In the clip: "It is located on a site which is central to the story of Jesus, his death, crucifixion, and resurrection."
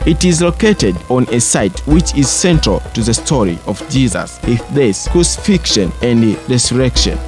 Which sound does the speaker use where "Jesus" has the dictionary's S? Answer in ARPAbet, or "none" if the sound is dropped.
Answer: S